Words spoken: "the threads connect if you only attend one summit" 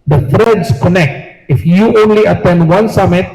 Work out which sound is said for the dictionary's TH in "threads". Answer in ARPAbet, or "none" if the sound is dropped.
F